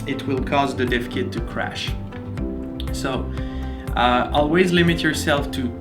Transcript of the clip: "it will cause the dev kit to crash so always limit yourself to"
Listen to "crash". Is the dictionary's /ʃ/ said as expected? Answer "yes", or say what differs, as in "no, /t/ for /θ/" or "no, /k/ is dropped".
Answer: yes